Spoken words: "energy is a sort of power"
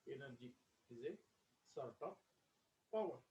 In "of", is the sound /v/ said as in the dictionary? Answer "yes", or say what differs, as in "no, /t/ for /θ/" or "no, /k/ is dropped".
no, /p/ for /v/